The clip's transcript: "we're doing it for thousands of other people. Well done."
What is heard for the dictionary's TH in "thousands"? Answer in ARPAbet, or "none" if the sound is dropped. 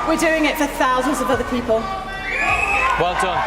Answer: TH